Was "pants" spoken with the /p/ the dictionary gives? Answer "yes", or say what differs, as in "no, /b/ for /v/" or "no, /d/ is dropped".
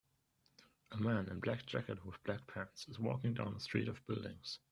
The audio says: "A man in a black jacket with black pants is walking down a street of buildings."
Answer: yes